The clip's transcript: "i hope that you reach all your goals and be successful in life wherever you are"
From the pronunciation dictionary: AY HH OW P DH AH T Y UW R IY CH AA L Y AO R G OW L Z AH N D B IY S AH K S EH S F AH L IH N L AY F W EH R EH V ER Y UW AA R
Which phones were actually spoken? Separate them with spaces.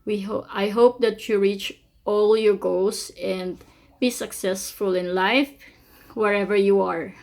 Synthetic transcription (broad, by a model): AY HH OW P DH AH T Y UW R IY CH AA L Y AO R G OW L S AH N D B IY S AH K S EH S F AH L IH N L AY F W EH R EH V ER Y UW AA R